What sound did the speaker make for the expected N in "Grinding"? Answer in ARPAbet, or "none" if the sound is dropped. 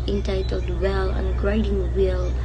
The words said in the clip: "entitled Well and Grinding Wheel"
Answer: none